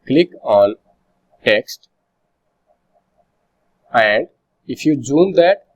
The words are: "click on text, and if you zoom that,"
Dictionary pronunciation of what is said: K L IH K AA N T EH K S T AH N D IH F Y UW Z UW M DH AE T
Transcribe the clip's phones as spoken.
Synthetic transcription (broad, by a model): K L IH K AA N T EH K S T AH N D IH F Y UW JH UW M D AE T